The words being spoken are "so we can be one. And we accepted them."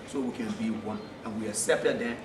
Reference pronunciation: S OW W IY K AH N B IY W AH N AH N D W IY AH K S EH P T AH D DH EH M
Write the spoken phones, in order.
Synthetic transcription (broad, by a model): S OW W IY K AH N B IY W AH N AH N W IY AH S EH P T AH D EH